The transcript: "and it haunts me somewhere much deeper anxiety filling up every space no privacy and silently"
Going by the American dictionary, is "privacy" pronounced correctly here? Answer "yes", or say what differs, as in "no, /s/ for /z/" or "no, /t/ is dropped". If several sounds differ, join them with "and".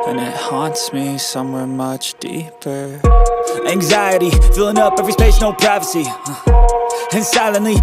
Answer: yes